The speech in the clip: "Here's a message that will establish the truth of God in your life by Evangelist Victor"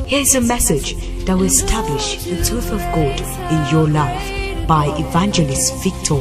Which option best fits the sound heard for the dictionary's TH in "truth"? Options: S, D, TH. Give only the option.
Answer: TH